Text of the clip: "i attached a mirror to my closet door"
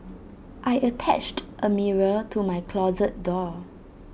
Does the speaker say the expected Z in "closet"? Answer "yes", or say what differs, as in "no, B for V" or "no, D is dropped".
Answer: yes